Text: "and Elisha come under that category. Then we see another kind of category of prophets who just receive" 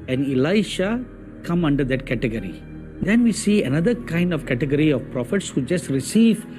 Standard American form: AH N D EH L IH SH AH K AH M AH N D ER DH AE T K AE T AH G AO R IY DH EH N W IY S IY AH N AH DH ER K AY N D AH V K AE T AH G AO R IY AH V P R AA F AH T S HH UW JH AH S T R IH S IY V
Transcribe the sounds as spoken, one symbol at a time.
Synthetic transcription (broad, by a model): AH N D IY L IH SH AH K AH M AH N D ER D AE T K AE T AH G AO R IY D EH N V IY S IY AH N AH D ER K AY N D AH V K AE T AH G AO R IY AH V P R AA F AH T S HH UW JH AH S T R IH S IY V